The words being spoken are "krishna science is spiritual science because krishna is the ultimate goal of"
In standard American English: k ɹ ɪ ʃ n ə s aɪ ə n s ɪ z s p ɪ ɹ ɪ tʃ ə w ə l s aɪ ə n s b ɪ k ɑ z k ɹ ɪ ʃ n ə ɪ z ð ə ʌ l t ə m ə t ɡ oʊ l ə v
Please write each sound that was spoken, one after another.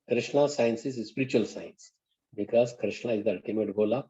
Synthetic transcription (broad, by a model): k ɹ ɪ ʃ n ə s aɪ ə n s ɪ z s p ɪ ɹ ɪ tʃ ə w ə l s aɪ ə n s b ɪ k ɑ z k ɹ ɪ ʃ n ə ɪ z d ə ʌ t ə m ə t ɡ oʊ l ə